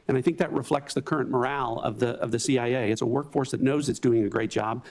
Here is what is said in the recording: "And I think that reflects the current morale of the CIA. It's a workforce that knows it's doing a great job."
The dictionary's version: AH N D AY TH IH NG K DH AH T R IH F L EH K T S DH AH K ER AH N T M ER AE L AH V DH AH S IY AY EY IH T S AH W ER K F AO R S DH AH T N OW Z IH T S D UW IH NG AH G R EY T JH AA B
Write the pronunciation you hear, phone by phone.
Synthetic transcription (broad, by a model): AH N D AY TH IH NG K DH AH T R IH F L EH K T S DH AH K ER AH N M ER AE L AH V DH AH S IY AY EY IH T S AH W ER K F AO R S DH AH T N OW Z IH T S D UW IH NG AH G R EY T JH AA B